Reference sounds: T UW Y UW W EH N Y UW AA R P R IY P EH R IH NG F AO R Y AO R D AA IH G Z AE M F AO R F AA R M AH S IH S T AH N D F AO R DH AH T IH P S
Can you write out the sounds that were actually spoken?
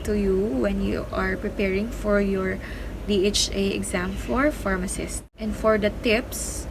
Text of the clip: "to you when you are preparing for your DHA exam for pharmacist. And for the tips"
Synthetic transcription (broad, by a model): T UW Y UW W EH N Y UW AA R P R IY P EH R IH NG F AO R Y AO R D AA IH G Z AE M F AO R F AA R M AH S IH S T AH N D F AO R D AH T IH P S